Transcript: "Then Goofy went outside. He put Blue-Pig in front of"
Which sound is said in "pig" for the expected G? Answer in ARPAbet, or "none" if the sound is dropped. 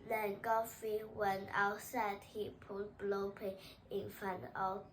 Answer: none